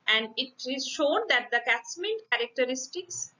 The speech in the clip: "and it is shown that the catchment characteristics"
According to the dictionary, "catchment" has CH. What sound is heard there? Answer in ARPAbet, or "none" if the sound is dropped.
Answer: S